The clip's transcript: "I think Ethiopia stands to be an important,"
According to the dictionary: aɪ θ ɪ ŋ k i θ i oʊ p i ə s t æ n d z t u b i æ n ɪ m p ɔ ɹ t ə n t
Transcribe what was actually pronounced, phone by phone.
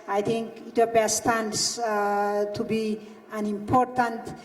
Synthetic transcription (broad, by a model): aɪ t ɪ ŋ k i t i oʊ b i s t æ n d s t u b i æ n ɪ m p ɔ ɹ t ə n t